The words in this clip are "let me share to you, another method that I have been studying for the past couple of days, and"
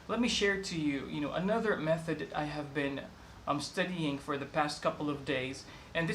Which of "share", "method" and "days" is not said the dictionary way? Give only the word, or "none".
none